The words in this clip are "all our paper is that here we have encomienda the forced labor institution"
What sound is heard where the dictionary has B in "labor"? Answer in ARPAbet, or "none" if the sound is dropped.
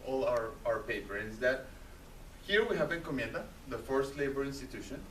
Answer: B